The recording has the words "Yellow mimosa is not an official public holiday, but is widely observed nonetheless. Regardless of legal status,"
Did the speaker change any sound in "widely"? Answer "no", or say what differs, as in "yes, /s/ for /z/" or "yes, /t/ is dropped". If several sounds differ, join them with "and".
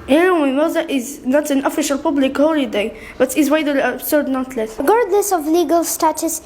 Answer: yes, /l/ is dropped